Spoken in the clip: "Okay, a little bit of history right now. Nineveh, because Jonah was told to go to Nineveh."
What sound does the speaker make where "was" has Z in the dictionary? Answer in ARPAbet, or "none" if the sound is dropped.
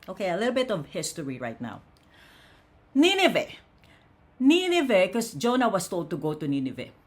S